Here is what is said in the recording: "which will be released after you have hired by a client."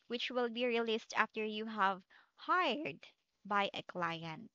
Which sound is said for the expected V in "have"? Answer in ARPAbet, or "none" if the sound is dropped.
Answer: V